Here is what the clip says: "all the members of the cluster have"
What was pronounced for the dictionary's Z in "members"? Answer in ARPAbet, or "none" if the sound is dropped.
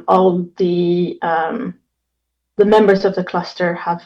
Z